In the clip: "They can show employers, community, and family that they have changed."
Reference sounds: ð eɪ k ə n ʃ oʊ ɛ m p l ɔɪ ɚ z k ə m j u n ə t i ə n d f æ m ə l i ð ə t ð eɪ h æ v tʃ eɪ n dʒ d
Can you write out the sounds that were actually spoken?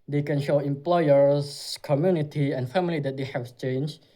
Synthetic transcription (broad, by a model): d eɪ k ə n ʃ oʊ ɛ m p l ɔɪ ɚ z k ə m j u n ə t i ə n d f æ m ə l i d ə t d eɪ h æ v tʃ eɪ n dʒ